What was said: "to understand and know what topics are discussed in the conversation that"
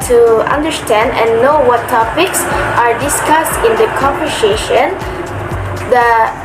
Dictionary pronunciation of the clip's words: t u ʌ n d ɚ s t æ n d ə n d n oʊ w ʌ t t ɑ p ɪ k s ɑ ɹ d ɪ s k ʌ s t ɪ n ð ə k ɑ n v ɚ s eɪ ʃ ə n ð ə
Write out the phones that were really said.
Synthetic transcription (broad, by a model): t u ʌ n d ɚ s t æ n d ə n n oʊ w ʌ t t ɑ p ɪ k s ɑ ɹ d ɪ s k ʌ s t ɪ n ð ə k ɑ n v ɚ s eɪ ʃ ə n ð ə